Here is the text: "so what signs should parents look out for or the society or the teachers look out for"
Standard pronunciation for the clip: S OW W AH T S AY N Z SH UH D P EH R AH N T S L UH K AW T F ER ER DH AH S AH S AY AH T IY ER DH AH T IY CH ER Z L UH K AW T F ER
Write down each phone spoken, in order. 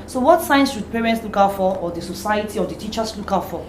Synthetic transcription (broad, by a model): S OW W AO T S AY N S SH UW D P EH R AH N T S L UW K AW T F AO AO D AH S AH S AY AH T IY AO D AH T IY CH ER S L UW K AW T F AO